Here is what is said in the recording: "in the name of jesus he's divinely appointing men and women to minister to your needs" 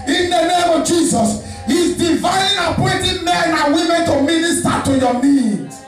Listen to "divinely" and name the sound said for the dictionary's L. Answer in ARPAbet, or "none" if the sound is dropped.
none